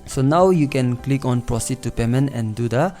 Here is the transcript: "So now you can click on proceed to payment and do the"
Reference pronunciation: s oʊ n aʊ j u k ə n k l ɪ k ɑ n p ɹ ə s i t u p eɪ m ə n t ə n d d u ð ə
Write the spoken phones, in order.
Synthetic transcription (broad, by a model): s oʊ n aʊ j u k ə n k l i k ɑ n p ɹ ə s i t u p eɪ m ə n ə n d d u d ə